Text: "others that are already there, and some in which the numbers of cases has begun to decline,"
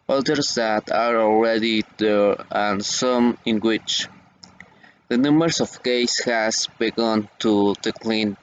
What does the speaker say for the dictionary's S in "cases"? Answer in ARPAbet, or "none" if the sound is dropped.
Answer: none